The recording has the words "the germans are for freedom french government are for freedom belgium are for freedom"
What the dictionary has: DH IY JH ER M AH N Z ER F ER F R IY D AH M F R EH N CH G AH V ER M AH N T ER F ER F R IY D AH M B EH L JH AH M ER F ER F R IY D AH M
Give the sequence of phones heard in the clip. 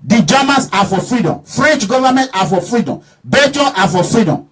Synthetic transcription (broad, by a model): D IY JH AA M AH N S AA F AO F R IY D AH M F R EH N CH G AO V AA M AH N T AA F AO F R IY D AH M B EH JH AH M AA F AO F R IY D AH M